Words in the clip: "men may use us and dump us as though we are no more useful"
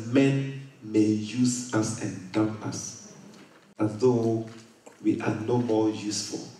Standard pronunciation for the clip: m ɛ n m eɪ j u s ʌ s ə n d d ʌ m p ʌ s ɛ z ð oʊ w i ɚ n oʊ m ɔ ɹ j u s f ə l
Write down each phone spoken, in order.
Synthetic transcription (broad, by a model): m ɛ n m eɪ j u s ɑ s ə n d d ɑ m ɑ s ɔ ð oʊ w i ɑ n oʊ m ɔ j u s f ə l